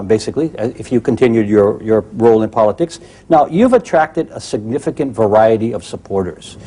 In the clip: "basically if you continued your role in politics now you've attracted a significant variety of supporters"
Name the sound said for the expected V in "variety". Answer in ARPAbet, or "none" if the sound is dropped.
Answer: V